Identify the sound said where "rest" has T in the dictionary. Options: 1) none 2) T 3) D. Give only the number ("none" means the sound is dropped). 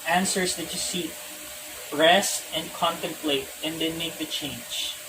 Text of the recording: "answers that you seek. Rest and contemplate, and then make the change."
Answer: 1